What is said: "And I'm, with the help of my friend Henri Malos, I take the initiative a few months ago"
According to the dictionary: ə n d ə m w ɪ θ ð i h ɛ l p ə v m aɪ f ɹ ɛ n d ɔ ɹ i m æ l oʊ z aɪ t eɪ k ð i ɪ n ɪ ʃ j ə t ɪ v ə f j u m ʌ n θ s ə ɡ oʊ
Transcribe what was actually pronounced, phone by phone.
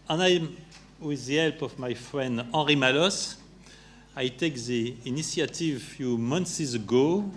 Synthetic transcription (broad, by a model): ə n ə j w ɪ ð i h ɛ l p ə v m aɪ f ɹ ɛ n d ɔ ɹ i m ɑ l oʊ s aɪ t eɪ k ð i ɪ n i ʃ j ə t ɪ v f j u m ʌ n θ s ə ɡ oʊ